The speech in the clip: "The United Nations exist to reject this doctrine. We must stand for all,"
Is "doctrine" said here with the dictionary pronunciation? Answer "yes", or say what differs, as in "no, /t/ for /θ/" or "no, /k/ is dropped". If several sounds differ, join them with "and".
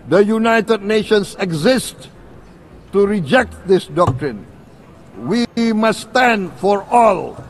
yes